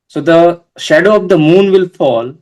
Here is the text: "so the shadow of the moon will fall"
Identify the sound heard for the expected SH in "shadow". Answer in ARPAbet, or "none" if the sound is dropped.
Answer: SH